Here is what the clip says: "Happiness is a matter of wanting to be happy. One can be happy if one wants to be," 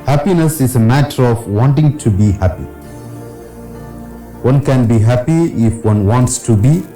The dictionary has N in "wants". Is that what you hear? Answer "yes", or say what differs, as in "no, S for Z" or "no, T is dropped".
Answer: yes